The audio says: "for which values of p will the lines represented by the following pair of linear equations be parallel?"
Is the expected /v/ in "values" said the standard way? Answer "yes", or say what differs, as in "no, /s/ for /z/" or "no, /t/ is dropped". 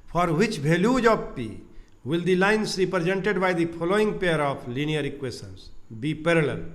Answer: no, /b/ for /v/